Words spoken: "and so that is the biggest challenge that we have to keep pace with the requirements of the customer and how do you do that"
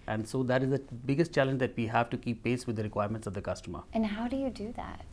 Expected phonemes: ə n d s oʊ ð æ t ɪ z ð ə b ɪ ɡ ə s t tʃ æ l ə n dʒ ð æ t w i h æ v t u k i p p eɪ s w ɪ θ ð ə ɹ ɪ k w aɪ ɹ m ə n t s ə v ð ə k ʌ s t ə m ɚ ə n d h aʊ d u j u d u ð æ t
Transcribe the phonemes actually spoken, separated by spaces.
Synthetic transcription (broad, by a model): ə n d s oʊ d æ t ɪ z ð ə b ɪ ɡ ə s t tʃ æ l ə n dʒ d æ t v i h æ v t u k i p p eɪ s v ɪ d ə ɹ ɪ k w aɪ ɹ m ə n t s ə v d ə k ʌ s t ə m ɚ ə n h aʊ d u j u d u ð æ t